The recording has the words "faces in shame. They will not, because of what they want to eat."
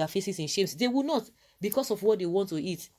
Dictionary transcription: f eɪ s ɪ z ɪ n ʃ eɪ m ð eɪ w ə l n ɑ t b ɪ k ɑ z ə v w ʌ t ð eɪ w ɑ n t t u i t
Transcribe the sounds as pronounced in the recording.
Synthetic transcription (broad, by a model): f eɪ s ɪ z ɪ n ʃ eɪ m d eɪ w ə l n ɑ t b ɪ k ɑ s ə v w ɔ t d eɪ w ɑ n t t u i t